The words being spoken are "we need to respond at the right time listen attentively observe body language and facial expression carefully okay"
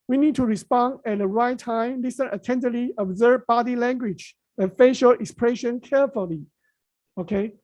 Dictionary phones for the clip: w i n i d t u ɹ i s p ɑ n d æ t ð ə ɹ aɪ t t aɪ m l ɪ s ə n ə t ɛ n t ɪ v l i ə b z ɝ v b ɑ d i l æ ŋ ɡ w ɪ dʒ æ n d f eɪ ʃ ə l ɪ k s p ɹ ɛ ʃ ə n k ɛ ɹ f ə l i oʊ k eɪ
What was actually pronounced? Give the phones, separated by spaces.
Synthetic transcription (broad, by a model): w i n i d t u ɹ i s p ɑ n d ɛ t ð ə ɹ aɪ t t aɪ m l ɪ s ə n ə t ɛ n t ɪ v l i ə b z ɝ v b ɑ d i l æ ŋ ɡ w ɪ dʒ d f eɪ ʃ ə l ɪ k s p ɹ ɛ ʃ ə n k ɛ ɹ f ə l i oʊ k eɪ